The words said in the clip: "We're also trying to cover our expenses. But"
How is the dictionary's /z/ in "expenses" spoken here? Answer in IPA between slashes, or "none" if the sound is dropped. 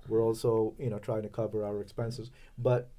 /z/